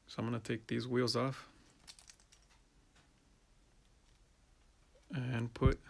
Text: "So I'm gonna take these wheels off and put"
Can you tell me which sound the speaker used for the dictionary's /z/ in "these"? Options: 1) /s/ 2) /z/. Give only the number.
2